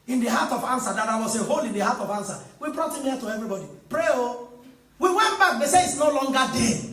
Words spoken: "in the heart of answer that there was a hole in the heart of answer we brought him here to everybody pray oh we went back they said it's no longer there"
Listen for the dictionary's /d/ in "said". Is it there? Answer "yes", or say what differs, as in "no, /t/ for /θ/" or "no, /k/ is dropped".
no, /d/ is dropped